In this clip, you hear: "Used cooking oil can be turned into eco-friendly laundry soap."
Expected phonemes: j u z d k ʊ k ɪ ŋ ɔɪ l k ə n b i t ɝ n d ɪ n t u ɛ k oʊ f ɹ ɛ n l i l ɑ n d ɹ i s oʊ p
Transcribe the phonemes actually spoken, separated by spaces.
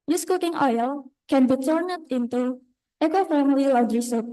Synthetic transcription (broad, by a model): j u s k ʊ k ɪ ŋ ɔɪ l k ə n b i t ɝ n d ɪ n t u ɛ k oʊ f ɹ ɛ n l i l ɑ d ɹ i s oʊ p